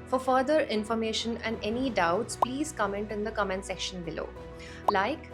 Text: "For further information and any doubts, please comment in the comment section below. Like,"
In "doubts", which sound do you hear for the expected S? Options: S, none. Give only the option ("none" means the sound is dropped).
S